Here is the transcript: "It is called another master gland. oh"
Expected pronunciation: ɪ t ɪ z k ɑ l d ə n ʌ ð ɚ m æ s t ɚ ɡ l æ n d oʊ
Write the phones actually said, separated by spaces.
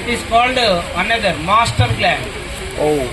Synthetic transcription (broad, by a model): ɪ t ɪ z k ɑ l d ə n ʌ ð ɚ m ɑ s t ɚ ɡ l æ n oʊ